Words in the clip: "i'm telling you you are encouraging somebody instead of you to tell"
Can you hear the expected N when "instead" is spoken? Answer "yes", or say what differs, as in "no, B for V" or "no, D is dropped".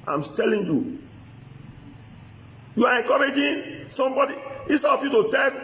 no, N is dropped